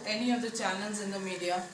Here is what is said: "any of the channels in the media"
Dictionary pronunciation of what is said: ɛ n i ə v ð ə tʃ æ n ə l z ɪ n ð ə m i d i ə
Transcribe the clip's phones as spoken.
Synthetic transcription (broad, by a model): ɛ n i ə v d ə tʃ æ l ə n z ɪ n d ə m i d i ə